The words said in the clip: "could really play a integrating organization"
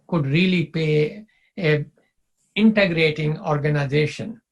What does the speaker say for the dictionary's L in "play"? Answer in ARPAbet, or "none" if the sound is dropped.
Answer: none